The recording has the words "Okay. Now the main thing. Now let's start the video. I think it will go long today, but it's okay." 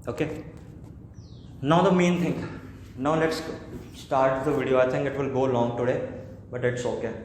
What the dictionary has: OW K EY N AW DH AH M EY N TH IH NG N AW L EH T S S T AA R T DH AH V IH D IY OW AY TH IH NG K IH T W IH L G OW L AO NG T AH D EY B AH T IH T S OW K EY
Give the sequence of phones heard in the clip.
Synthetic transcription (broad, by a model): OW K EY N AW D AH M EY N T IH NG N AW L EH T S S T AA R T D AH V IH D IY OW AY T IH NG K IH T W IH L G OW L AO NG T AH D EY B AH T IH T S OW K EY